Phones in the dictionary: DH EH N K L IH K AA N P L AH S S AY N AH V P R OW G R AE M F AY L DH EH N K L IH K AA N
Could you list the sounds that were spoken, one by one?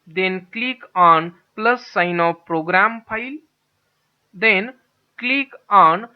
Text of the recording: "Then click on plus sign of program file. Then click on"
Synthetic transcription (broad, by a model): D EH N K L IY K AA N P L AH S S AY N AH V P R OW G R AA M P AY L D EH N K L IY K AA N